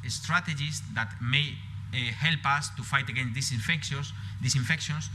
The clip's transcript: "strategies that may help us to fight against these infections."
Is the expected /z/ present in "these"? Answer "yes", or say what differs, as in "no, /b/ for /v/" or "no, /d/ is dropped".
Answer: no, /s/ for /z/